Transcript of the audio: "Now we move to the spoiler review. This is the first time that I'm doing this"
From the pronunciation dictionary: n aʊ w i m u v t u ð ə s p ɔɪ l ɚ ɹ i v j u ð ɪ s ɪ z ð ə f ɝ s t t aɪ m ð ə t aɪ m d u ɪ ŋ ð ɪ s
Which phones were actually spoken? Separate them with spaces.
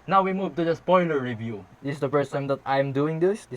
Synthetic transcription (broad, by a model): n aʊ w i m u v t u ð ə s p ɔɪ l ɚ ɹ i v j u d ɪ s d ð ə p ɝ s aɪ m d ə t aɪ m d u ɪ ŋ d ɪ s